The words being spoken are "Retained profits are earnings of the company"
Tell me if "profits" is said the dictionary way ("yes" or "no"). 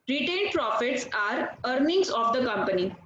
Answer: yes